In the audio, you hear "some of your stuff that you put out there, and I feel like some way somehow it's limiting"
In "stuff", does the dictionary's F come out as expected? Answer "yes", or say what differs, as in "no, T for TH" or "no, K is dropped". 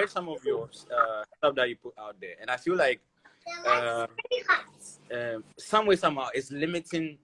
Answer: no, P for F